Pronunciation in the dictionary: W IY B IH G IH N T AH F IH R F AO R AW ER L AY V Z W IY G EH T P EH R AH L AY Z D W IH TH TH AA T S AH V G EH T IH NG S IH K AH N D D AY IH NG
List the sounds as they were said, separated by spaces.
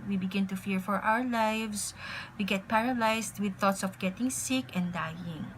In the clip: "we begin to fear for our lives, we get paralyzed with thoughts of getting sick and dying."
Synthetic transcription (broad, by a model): W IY B IH G IH N T AH F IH R F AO R AW ER L AY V S W IY G EH T P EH R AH L AY S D W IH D TH AA T S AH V G EH T IH NG S IH K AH N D D AY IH NG